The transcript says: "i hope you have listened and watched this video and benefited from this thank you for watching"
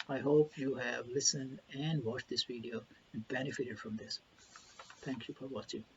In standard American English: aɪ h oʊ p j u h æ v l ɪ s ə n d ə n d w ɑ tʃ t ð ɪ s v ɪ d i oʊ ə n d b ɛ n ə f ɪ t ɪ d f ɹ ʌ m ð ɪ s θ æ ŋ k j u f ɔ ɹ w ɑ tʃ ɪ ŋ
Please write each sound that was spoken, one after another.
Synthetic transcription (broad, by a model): aɪ h oʊ p j u h æ v l ɪ s ə n d ə n d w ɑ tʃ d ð ɪ s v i d i oʊ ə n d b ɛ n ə f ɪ t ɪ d f ɹ ʌ m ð ɪ s t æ ŋ k j u f ɔ ɹ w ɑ tʃ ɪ ŋ